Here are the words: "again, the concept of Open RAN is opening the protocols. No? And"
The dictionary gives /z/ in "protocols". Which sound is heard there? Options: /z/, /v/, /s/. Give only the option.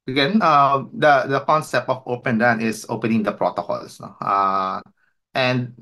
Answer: /s/